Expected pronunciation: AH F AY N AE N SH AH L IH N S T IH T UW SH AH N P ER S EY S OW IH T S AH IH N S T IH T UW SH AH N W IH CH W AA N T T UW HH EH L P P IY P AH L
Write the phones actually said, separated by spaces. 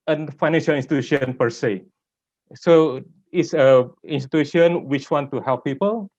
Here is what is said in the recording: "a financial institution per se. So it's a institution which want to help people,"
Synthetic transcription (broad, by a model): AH F AY N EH N SH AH L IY N S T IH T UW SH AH N P ER S EY S OW IH T S AH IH N S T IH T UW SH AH N W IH CH W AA N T T UW HH EH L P P IY P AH L